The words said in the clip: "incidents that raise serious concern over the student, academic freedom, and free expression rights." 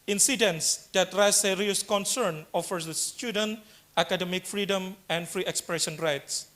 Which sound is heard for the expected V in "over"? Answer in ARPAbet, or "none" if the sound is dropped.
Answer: F